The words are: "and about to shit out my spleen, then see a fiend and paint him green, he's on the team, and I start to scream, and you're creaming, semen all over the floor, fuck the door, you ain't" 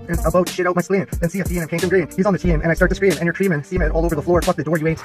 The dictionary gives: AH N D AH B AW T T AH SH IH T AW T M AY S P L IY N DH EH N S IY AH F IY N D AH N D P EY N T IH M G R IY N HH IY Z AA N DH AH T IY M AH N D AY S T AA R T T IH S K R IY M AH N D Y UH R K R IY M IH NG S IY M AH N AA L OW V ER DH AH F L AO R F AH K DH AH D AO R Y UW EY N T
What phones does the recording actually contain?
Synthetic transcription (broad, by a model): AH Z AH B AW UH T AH SH IH T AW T M AY S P L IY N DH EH N S IY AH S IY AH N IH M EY T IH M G R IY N HH IY Z N DH AH T IY M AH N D AY S T AA R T T IH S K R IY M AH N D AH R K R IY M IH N S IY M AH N AA L OW V ER DH AH F L AO R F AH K DH AH D AO R Y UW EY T